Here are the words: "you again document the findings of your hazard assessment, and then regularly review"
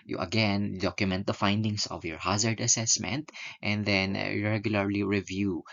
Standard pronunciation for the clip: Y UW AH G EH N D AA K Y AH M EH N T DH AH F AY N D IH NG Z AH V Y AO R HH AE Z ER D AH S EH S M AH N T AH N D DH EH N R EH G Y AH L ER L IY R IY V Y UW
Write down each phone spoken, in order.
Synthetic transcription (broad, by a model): Y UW AH G EH N D AA K Y AH M EH N T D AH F AY N D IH NG S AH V Y AO R HH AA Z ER D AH S EH S M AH N T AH N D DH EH N R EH G Y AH L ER L IY R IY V Y UW